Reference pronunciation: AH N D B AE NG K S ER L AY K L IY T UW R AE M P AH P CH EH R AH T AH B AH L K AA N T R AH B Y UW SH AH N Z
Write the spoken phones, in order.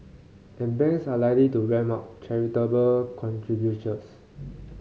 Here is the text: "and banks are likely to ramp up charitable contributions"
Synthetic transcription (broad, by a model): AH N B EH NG S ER L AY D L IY T UW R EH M AA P CH EH R AH T AH B AH L K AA N T R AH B Y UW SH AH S